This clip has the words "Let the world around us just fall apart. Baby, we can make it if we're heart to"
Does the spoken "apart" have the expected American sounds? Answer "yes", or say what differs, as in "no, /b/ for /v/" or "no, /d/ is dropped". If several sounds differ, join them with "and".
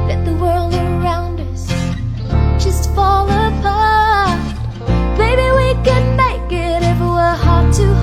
no, /b/ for /p/